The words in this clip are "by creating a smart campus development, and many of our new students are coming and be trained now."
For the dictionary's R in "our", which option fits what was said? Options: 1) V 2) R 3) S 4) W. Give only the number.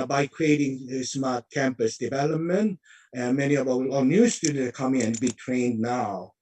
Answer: 4